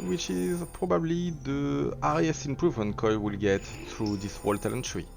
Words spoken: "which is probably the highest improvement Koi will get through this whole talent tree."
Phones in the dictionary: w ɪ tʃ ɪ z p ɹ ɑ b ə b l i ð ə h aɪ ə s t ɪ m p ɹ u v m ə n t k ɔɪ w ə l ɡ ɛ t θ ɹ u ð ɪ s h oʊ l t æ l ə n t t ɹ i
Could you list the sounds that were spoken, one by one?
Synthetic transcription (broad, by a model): w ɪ tʃ ɪ z p ɹ ɑ b ə b l i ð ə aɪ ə s ɪ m p ɹ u v m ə n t k ɔɪ w ə l ɡ ɛ t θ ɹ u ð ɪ s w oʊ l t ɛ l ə n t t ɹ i